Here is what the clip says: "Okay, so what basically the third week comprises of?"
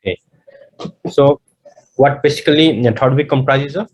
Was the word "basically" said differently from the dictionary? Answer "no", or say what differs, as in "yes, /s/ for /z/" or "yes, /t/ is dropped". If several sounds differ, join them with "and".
yes, /l/ is dropped